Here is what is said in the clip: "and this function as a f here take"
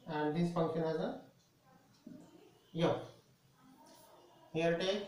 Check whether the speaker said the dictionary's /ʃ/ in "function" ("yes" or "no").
no